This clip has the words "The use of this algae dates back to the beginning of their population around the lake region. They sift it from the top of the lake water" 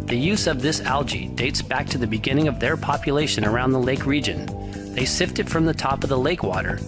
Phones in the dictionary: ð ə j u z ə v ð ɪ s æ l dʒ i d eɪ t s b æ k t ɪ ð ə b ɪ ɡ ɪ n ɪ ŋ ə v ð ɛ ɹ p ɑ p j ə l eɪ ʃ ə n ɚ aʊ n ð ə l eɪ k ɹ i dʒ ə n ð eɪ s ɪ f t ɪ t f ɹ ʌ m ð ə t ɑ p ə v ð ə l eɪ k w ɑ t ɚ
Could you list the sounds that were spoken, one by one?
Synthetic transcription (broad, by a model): ð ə j u z ə v ð ɪ s æ l dʒ i d eɪ t s b æ k t ɪ ð ə b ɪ ɡ ɪ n ɪ ŋ ə v ð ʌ ɹ p ɑ p j ə l eɪ ʃ ə n ɚ aʊ n ð ə l eɪ k ɹ i dʒ ə n ð eɪ s ɪ f t ɪ t f ɹ ʌ m ð ə t ɑ p ə v ð ə l eɪ k w ɑ t ɚ